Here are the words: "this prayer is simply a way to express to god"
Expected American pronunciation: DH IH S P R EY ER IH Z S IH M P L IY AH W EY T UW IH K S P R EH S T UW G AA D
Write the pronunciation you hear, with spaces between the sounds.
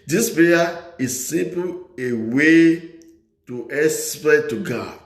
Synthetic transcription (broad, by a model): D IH S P EY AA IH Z S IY M P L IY AH W EY T UW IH S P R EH T UW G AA